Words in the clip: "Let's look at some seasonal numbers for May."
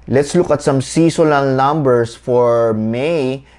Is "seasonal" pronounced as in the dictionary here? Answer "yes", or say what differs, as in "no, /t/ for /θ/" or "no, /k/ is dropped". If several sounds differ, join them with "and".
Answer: no, /s/ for /z/ and /l/ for /n/